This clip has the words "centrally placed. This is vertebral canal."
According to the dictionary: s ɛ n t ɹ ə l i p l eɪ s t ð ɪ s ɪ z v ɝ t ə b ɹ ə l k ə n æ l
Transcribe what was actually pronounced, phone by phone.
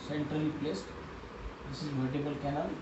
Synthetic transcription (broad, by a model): s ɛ n t ɹ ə l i p l eɪ s t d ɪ s ɪ z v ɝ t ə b ə l k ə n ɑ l